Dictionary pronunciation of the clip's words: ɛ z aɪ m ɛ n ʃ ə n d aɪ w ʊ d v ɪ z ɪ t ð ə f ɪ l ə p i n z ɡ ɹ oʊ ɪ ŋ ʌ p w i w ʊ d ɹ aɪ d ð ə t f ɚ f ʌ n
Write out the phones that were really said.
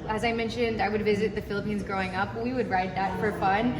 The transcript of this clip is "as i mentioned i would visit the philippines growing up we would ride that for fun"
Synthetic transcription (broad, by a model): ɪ z aɪ m ɛ n ʃ ə n d aɪ w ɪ d v ɪ z ɪ t ð ə f ɪ l ə p i n z ɡ ɹ oʊ ɪ ŋ ʌ p w i w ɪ d ɹ aɪ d ð ə t f ɚ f ʌ n